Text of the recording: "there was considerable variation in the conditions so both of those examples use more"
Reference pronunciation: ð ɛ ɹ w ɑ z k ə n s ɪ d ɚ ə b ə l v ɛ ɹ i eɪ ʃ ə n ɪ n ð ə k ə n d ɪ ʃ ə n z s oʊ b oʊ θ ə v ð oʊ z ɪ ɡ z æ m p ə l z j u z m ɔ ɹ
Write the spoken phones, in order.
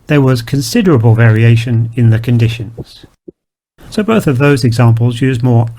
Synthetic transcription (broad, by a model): ð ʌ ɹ w ɑ z k ə n s ɪ d ɚ ə b ə l v ɛ ɹ i eɪ ʃ ə n ɪ n ð ə k ə n d ɪ ʃ ə n z s oʊ b oʊ θ ə v ð oʊ z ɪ ɡ z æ m p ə l z j u z m ɔ ɹ